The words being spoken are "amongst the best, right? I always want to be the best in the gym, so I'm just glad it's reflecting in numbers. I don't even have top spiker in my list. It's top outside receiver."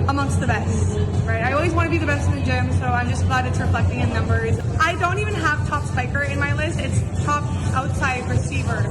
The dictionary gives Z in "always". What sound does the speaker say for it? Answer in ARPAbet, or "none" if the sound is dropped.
Z